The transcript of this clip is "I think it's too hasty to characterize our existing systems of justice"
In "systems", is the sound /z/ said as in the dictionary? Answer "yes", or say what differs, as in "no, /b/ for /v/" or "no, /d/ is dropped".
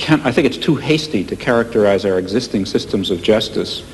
yes